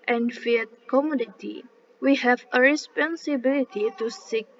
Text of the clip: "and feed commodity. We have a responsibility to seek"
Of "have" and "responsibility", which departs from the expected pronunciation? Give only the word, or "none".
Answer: none